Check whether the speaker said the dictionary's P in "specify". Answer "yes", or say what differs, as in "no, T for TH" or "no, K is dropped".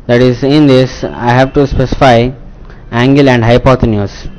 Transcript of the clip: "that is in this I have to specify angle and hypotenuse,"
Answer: yes